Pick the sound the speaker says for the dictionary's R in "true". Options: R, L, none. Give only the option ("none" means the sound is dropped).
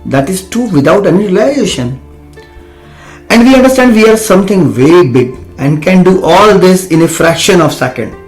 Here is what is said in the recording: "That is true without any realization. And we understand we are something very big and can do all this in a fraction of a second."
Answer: none